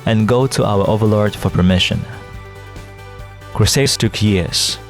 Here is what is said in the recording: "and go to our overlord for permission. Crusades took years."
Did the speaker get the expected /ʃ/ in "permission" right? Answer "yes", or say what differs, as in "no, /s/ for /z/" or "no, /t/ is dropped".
yes